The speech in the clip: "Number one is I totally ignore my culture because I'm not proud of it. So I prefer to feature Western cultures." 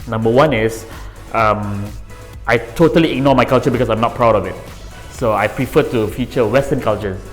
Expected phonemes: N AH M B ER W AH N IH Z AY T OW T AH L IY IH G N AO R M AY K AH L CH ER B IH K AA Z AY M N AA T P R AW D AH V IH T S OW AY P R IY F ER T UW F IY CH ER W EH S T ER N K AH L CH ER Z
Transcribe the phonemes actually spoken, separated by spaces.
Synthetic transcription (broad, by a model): N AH M B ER W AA N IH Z AY T OW T AH L IY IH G N AO M AY K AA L CH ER B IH K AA S AY M N AA T P R AW D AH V IH T S OW AY P R IY F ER T UW F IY CH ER W EH S T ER N K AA L CH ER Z